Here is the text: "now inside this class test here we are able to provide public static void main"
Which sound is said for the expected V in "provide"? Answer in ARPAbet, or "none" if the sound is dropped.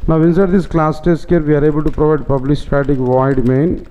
V